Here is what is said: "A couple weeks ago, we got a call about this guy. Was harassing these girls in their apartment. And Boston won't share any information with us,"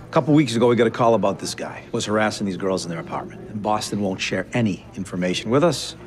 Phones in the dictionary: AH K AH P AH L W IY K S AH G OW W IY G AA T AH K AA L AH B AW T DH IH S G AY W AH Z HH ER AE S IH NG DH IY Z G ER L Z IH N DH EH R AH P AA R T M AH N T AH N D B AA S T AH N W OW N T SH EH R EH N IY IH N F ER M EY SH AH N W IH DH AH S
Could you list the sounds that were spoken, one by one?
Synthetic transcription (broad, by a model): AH K AH P L W IY K S AH G OW W IY G AA T AH K AA L AH B AW T DH IH S G AY W AH Z HH ER AE S IH NG DH IY Z G ER L Z N DH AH R AH P AA R T M AH N T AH N B AA S T AH N W OW N T SH EH R EH N IY IH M F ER M EY SH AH N W IH DH AH S